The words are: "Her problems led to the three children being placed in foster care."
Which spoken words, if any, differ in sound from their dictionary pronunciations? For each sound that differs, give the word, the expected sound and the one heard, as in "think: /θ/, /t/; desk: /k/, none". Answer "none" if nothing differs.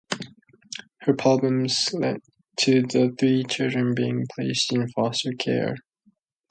none